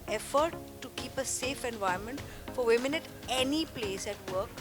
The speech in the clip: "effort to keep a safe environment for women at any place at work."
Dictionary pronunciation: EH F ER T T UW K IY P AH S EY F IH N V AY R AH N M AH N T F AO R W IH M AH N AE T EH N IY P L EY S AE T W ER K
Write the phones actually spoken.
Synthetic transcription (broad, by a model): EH F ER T T UW K IY P AH S EY F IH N V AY AH M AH N T F AO R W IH M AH N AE T EH N IY P L EY S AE T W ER K